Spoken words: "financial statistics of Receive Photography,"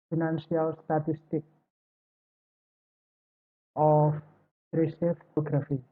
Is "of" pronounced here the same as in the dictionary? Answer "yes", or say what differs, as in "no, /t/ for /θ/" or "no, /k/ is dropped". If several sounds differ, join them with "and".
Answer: no, /p/ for /v/